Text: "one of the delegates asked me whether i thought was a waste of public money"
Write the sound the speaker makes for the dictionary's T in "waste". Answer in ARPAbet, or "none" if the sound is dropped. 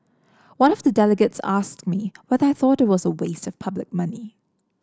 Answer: T